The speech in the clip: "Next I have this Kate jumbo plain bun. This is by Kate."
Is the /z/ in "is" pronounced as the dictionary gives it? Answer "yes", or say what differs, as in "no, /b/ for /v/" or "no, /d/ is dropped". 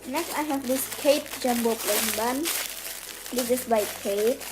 no, /s/ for /z/